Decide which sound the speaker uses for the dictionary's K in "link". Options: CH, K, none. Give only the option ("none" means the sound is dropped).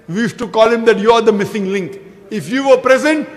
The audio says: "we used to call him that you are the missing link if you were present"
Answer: K